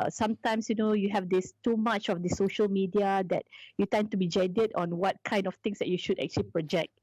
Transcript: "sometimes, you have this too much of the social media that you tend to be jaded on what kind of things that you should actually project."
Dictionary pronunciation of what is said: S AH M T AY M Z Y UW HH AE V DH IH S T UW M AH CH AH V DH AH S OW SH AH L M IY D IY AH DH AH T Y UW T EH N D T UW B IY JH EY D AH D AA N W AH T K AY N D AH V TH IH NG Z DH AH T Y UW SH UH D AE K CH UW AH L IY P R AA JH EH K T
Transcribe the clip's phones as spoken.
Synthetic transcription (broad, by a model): S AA M T AY M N Y UW HH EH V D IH S T UW M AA CH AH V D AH S OW SH AH L M IY D IY AH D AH T Y UW T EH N T UW B IY JH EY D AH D AA N W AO T K AY N D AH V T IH NG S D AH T Y UW SH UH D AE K CH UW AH L IY P R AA JH EH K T